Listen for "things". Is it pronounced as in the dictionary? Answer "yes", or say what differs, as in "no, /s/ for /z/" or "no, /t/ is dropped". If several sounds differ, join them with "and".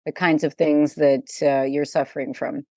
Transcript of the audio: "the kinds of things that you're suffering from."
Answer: yes